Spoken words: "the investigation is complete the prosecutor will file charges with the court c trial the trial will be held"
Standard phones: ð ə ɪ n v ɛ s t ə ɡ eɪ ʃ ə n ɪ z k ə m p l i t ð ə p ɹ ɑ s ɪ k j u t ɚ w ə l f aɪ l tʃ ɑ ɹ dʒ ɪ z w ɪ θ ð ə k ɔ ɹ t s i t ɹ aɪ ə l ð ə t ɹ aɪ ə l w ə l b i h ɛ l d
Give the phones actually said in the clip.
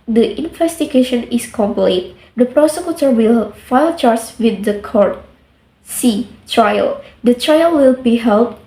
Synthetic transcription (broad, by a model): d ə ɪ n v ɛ s t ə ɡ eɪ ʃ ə n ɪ s k ə m p l i t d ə p ɹ ɑ s ɪ k j u t ɚ w ə l f aɪ l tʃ ɑ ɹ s w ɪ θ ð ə k ɔ ɹ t s i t ɹ aɪ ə l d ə t ɹ aɪ ə l w ə l b i h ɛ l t